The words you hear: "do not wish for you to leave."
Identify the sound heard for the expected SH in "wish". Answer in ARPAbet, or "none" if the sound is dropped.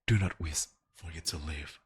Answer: S